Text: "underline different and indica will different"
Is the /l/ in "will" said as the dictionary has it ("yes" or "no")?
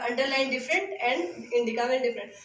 no